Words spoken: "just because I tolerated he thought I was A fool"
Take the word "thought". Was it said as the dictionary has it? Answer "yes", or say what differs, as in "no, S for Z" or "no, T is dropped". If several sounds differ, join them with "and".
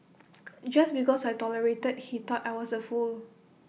no, T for TH